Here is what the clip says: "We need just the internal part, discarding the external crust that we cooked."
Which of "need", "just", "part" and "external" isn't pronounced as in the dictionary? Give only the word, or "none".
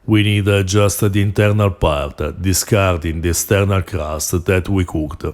external